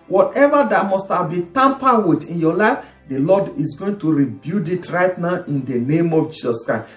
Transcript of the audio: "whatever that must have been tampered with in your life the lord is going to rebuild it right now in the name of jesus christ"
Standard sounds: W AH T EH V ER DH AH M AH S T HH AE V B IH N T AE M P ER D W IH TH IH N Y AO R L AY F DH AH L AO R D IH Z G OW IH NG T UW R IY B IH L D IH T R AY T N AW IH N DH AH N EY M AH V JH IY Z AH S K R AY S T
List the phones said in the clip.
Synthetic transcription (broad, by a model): W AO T EH V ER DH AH M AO S T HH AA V B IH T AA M P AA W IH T IH N Y AO L AY F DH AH L AO D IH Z G OW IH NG T UW R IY B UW D IH T R AY T N AW IH N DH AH N EY M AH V JH IY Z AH S K R AY S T